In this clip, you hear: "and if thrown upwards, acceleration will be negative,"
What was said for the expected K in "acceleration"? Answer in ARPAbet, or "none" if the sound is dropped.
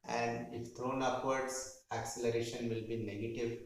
K